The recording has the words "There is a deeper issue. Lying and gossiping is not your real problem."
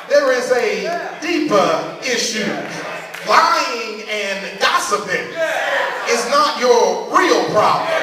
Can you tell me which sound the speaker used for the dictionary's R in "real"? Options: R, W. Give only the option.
R